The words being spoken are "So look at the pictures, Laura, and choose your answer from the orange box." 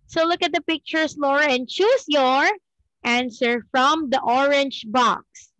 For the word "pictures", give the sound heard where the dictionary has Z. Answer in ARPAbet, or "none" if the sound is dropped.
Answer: S